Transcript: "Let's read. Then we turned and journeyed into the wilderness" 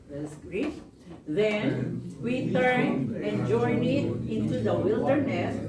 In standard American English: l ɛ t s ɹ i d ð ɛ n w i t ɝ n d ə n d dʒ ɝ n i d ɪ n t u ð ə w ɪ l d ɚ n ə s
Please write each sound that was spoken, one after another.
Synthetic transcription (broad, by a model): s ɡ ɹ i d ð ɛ n w i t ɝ n ə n dʒ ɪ n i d ɪ n t u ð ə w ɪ l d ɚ n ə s